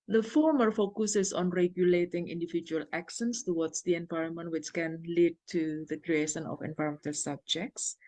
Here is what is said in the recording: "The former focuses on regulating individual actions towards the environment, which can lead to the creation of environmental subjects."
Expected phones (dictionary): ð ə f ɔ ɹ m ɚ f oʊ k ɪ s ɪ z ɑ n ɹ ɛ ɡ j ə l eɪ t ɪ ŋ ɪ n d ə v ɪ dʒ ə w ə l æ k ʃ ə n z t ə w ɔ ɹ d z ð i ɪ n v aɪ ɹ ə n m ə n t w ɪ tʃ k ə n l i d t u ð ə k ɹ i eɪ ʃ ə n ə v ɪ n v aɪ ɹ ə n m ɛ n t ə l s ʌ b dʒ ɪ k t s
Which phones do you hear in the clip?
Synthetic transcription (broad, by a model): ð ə f ɔ ɹ m ɚ f oʊ k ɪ s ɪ s ɑ n ɹ ɛ ɡ j ə l eɪ t ɪ ŋ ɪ n d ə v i dʒ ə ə l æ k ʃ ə n s t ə w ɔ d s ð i ɪ n v aɪ ɹ ə n m ə n t w ɪ tʃ k ə n l i d t u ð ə k ɹ i eɪ ʃ ə n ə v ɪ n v aɪ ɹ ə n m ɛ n t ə l s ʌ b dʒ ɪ k t s